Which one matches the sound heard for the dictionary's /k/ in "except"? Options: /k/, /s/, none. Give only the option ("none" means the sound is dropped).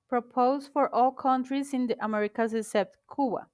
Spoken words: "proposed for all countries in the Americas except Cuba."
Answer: none